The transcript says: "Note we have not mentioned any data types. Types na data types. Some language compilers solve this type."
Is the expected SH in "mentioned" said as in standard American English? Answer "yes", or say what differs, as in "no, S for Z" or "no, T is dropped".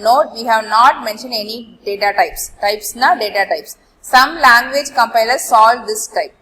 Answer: yes